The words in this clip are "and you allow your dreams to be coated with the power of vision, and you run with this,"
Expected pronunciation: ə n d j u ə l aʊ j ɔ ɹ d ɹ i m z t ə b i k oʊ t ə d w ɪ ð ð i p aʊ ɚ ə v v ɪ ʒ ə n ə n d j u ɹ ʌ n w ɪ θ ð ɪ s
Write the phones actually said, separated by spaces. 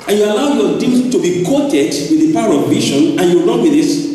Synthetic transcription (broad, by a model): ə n j u ə l aʊ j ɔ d i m t ə b i k oʊ t ə d w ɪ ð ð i p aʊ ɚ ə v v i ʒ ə n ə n j u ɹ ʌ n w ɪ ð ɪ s